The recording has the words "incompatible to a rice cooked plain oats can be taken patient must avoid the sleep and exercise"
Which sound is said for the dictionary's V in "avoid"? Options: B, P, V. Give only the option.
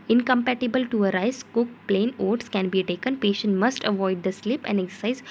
V